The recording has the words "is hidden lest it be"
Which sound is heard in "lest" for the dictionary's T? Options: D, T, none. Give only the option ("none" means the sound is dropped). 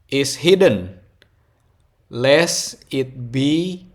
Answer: none